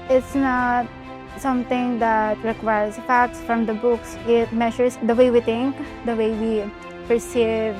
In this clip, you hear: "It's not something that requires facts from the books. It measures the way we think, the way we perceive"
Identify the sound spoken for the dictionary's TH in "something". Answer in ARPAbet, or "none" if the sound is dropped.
T